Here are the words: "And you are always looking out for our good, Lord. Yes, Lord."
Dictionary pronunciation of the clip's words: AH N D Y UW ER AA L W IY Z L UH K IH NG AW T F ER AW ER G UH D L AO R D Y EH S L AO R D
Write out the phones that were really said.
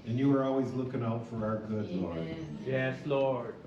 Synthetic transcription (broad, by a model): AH N Y UW ER AA L W IY Z L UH K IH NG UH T F ER AW ER G UH D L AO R Y EH S L AO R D